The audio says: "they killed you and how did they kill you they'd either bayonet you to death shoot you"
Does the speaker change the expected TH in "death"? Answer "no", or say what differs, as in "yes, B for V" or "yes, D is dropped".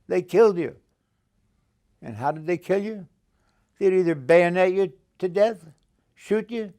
no